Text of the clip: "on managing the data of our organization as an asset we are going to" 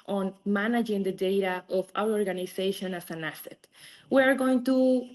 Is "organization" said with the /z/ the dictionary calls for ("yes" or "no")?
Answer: no